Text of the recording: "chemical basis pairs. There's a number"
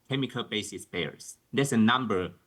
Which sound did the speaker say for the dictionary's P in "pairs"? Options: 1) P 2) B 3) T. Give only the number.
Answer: 2